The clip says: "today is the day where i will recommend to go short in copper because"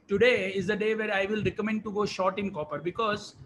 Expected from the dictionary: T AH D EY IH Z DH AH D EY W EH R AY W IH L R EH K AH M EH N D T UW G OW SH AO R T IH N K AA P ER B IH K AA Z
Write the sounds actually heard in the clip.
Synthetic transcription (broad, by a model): T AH D EY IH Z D AH D EY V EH R AY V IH L R EH K AH M EH N D T UW G OW SH AO R T IH N K AA P ER B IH K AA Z